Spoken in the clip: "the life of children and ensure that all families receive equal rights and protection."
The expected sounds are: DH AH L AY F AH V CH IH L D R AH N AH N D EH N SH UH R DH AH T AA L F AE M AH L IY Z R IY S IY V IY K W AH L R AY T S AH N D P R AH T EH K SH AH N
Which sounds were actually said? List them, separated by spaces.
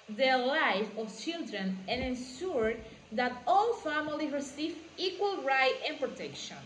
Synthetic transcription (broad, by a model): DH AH L AY F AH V CH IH L D R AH N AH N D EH N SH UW R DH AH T AA L F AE M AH L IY R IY S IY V IY K W AH L R AY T AH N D P R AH T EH K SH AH N